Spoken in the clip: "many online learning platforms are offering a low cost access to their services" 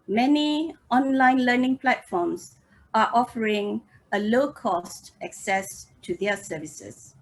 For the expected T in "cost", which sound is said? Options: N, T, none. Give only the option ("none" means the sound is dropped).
T